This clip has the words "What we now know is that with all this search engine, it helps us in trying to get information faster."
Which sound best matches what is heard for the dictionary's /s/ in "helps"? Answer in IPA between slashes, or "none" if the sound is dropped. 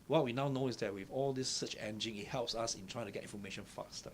/s/